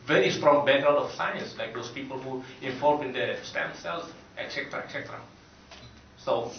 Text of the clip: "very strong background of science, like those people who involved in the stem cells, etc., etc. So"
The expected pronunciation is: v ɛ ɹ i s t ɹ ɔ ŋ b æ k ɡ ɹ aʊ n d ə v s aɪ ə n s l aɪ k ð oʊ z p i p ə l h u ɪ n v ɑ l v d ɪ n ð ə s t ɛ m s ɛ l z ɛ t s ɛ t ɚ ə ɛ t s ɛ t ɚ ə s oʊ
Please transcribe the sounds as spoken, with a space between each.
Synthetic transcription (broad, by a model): v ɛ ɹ i s t ɹ ɔ ŋ b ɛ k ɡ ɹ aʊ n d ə f s aɪ ə n s l aɪ k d oʊ s p i p ə l h u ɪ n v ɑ l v ɪ n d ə s t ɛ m s ɛ l s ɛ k s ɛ t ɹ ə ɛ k s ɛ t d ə s oʊ